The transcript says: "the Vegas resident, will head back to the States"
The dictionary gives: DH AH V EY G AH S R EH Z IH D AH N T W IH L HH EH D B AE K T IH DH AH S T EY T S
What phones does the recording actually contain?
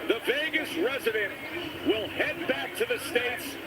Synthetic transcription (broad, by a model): DH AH V EY G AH S R EH Z IH D AH N T W IH L HH EH D B AE K T IH DH AH S T EY T S